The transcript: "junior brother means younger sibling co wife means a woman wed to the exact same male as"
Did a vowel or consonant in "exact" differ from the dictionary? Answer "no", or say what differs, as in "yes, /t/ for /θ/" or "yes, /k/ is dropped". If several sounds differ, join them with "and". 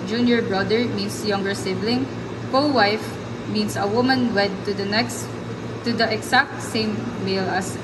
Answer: yes, /s/ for /z/